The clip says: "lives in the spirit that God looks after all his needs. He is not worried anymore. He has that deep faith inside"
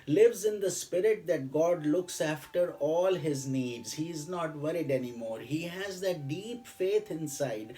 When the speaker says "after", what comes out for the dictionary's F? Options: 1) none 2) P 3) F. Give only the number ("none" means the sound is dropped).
3